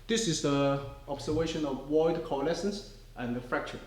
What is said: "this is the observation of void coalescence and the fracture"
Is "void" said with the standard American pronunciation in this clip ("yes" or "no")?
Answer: no